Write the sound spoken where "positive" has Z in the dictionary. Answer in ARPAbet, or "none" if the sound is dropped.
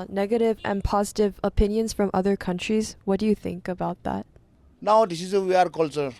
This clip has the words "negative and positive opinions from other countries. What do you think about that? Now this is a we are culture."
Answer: Z